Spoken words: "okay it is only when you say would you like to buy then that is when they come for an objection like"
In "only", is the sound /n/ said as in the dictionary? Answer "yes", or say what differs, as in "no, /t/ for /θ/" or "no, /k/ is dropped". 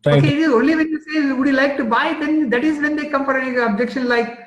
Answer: no, /n/ is dropped